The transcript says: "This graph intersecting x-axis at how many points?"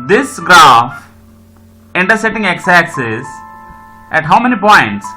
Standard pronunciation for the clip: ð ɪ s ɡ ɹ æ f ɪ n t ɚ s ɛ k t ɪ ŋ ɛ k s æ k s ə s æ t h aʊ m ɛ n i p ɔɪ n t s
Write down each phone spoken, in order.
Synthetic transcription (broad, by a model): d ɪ s ɡ ɹ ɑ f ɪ n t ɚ s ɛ t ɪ ŋ ɛ k s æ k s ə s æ t h aʊ m ɛ n i p ɔɪ n t s